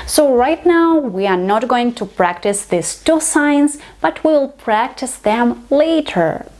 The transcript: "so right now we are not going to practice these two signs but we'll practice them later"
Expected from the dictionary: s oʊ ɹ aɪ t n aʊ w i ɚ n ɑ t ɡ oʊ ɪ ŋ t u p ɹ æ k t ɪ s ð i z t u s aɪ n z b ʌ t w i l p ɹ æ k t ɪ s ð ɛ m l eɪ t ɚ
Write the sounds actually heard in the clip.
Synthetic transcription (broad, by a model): s oʊ ɹ aɪ t n aʊ w i ɚ n ɑ t ɡ oʊ ɪ ŋ t u p ɹ æ k t ɪ s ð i s t u s aɪ n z b ʌ t w i l p ɹ æ k t ɪ s ð ɛ m l eɪ t ɚ